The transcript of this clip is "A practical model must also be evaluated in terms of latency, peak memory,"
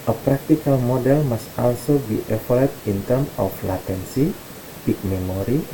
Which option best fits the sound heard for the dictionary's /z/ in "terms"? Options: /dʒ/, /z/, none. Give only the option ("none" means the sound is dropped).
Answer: none